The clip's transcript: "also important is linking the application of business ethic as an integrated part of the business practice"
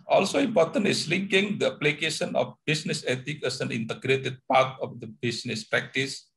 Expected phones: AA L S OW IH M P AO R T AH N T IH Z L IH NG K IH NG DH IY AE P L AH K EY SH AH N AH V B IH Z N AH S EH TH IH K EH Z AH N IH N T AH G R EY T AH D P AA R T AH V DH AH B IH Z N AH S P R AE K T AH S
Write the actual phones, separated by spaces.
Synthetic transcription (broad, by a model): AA L S OW IH M P AO R T AH N T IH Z L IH NG K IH NG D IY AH P L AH K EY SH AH N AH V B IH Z N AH S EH T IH K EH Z AH N IH N T AH G R EY T AH D P AA R T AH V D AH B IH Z N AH S P R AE K T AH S